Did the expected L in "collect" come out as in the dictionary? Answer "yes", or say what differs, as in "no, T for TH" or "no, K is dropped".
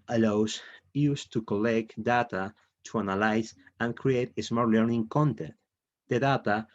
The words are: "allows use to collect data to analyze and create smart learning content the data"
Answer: yes